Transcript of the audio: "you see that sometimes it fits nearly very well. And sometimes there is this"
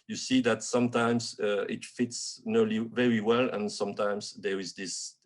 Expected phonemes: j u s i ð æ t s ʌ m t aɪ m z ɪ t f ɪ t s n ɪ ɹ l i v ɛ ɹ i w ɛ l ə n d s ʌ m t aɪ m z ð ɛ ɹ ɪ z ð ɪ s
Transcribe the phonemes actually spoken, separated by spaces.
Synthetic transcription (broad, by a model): j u s i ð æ t s ʌ m t aɪ m z ɪ t f ɪ t s n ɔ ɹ l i v ɛ ɹ i w ɛ l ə n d s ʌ m t aɪ m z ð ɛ ɹ ɪ z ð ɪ s